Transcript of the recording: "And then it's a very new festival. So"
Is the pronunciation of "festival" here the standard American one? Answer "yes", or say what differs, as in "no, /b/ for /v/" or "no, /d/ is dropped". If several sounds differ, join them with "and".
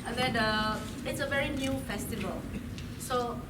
yes